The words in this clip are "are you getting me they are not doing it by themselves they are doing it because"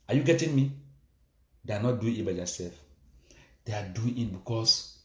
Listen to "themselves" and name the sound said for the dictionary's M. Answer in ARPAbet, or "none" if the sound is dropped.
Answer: none